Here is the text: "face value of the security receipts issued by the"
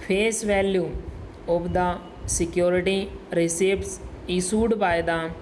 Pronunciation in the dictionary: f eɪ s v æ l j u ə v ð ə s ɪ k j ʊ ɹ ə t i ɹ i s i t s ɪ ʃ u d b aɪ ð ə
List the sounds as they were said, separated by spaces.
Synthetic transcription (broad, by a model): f eɪ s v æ l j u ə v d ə s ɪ k j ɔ ɹ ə t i ɹ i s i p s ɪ s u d b aɪ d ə